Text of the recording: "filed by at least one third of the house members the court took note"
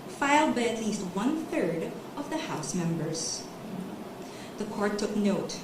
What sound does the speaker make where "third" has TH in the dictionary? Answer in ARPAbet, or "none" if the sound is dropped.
TH